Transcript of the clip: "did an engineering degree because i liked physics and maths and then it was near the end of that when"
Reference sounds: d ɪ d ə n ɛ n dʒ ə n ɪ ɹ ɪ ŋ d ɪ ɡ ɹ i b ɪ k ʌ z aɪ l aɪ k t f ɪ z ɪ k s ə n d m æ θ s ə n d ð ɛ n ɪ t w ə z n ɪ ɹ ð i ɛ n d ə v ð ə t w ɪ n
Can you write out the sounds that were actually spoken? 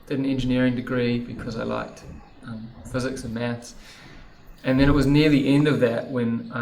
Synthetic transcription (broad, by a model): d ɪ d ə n ɛ n dʒ ə n ɪ ɹ ɪ ŋ d ɪ ɡ ɹ i b ɪ k ʌ z aɪ l aɪ k t f ɪ z ɪ k s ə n m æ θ s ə n ð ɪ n ɪ t w ə z n ɪ ɹ ð i ɛ n d ə v ð ə t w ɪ n